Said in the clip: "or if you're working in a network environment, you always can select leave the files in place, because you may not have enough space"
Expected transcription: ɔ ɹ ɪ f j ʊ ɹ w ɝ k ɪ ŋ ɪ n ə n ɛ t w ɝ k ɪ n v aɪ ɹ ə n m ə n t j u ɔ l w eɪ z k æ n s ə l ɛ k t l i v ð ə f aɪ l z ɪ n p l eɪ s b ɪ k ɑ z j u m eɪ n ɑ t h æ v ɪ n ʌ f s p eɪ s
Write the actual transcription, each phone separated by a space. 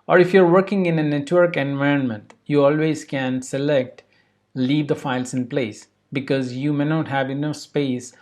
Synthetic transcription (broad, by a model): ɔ ɹ ɪ f j ɹ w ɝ k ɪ ŋ ɪ n ə n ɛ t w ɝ k ɪ n v aɪ ɹ ə n m ə n t j u ɔ l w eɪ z k æ n s ə l ɛ k t l i v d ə f aɪ l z ɪ n p l eɪ s b ɪ k ɑ z j u m eɪ n ɑ t h æ v ɪ n ʌ f s p eɪ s